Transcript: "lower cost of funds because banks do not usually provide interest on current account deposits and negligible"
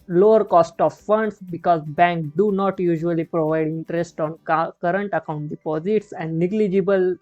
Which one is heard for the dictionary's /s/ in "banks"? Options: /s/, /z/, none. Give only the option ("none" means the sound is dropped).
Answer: none